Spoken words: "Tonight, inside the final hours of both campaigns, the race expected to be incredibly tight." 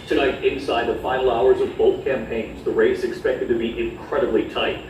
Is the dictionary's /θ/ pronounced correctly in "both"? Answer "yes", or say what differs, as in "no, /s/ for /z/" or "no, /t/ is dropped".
yes